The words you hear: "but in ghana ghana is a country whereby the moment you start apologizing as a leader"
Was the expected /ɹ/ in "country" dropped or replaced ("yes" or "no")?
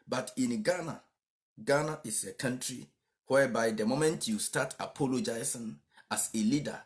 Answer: no